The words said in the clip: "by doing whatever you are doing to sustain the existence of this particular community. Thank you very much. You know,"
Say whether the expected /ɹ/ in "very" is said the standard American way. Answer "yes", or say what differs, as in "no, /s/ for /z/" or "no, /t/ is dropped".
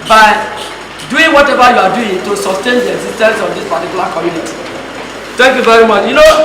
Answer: yes